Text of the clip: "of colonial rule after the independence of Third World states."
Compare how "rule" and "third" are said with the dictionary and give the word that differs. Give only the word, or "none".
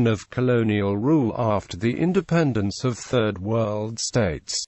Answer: none